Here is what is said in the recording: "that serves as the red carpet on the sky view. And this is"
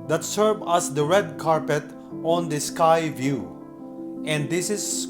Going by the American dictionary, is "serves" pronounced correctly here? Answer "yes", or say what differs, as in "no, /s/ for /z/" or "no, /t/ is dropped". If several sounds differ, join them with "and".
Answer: no, /z/ is dropped